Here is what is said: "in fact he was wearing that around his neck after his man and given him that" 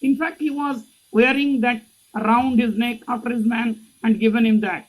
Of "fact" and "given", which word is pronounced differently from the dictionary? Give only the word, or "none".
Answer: none